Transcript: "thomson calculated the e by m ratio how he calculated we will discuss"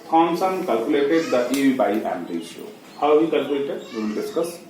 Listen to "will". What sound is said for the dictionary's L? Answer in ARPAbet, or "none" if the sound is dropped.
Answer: N